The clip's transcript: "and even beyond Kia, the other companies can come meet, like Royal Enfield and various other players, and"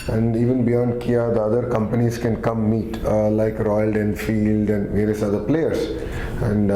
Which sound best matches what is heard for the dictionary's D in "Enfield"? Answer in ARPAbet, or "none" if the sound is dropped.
D